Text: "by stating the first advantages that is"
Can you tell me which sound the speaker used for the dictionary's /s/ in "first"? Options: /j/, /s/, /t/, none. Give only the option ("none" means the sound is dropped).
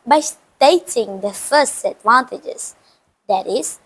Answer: /s/